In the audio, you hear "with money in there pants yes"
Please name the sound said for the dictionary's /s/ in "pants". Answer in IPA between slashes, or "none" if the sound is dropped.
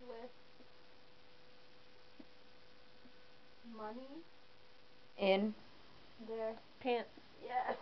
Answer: none